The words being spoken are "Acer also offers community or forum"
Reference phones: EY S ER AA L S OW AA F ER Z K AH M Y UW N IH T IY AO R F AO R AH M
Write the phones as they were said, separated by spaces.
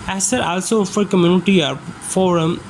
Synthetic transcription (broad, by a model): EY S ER AA L S OW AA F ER K AH M Y UW N IH T IY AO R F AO R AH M